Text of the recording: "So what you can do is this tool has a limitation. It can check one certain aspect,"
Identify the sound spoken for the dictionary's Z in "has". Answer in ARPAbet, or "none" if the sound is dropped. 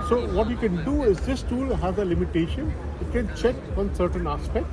Z